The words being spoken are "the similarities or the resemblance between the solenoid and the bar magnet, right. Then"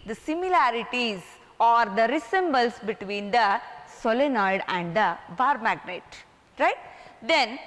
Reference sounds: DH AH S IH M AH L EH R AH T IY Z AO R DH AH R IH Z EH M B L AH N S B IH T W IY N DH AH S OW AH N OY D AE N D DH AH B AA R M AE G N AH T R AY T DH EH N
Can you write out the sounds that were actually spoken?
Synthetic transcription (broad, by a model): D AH S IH M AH L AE R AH T IY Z AO R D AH R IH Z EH M B AH L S B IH T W IY N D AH S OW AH N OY D AE N D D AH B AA R M AE G N AH T R AY T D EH N